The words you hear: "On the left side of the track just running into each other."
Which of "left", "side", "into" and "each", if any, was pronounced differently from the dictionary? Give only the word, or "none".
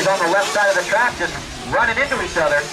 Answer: left